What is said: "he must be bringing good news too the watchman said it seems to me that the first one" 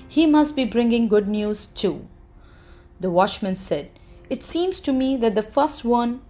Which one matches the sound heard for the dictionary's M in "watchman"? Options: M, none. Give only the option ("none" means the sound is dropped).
M